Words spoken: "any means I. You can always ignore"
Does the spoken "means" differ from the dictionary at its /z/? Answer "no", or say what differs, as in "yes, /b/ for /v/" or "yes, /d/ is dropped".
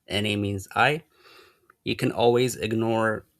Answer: no